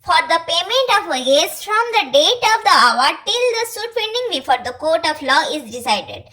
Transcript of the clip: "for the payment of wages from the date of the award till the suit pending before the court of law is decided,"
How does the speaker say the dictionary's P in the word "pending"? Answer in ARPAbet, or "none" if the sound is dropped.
F